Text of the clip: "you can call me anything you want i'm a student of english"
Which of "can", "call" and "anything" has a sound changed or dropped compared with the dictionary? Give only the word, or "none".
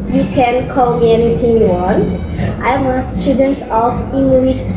anything